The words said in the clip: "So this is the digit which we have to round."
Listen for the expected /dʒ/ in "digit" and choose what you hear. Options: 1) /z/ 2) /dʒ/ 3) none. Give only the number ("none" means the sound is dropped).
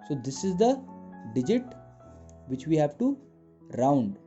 2